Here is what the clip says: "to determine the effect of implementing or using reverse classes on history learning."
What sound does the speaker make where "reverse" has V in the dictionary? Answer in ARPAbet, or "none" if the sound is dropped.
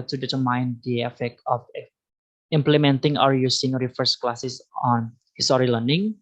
F